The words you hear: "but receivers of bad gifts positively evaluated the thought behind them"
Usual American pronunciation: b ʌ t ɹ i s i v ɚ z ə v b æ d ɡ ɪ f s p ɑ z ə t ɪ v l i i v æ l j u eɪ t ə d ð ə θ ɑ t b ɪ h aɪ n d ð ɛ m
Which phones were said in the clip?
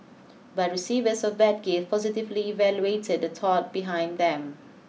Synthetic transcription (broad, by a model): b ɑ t ɹ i s i v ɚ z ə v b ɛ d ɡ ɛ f p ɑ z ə t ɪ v l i i v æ l j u eɪ t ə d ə t ɑ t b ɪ h aɪ n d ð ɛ m